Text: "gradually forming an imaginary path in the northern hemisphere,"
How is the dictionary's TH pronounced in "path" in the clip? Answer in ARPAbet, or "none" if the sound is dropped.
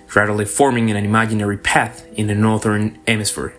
TH